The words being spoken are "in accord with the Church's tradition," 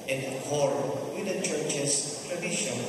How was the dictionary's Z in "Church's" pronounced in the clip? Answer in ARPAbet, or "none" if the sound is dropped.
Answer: S